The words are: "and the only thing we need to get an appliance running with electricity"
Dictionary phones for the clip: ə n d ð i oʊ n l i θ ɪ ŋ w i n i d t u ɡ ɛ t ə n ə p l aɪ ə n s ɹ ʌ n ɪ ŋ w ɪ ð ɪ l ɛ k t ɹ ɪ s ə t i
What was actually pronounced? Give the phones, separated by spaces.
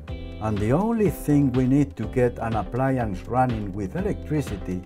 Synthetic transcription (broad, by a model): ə n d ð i oʊ n l i θ ɪ ŋ w i n i d t u ɡ ɛ t ə n ə p l aɪ ə n s ɹ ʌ n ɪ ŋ w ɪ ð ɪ l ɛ k t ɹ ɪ s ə t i